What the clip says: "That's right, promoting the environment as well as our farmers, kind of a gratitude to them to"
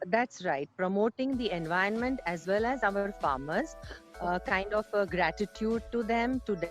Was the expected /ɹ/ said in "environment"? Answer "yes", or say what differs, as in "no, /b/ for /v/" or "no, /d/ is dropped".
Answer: no, /ɹ/ is dropped